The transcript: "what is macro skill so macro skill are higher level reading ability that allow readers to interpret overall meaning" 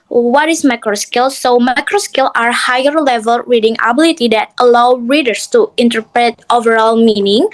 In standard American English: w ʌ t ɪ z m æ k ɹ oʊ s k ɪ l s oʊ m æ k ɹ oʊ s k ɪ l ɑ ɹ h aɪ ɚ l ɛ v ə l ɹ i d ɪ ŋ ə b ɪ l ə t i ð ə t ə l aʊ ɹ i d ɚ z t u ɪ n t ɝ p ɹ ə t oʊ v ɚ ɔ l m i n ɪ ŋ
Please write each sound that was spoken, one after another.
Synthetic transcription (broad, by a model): w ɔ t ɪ s m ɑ k ɹ oʊ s k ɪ l s oʊ m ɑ k ɹ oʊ s k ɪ l ɑ ɹ h aɪ ɚ l ɛ v ə l ɹ i d ɪ ŋ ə b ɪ l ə t i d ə t ə l aʊ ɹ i d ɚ s t u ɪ n t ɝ p ɹ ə t oʊ v ɚ ɔ l m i n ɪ ŋ